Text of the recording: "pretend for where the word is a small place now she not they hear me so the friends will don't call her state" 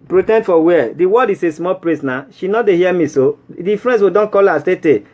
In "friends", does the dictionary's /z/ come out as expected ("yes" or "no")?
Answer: no